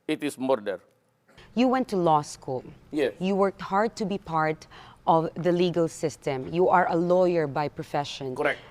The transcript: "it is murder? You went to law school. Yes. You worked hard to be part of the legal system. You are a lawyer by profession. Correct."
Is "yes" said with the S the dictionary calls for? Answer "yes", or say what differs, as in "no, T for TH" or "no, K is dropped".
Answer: no, S is dropped